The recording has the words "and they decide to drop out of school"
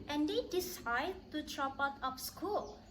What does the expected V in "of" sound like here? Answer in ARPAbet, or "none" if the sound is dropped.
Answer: P